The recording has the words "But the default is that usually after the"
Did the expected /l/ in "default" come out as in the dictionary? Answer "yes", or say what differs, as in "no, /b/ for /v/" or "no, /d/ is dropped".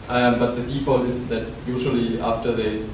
yes